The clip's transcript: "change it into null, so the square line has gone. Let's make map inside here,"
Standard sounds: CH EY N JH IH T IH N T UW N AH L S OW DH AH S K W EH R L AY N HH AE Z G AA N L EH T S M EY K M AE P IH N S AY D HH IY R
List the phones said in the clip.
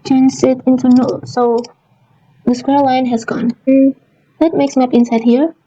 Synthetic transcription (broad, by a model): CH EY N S IH T IH N T UW N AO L S OW DH AH S K W EH R L AY N HH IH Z G AA N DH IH T M EY K M AE P IH N S AY D HH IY R